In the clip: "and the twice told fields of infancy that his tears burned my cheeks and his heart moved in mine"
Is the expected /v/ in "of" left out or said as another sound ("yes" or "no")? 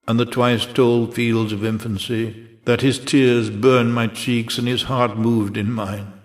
no